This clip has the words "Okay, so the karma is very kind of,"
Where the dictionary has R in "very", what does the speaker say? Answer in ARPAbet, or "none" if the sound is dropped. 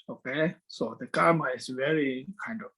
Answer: R